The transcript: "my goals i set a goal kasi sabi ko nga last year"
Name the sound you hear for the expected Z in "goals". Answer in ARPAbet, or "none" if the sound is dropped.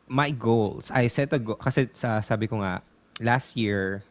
S